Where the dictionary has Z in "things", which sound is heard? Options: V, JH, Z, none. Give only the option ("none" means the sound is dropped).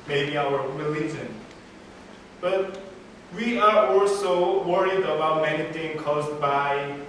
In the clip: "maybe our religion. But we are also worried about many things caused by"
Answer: none